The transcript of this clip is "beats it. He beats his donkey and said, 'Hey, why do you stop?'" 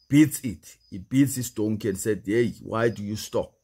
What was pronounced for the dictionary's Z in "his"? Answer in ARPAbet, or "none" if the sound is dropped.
S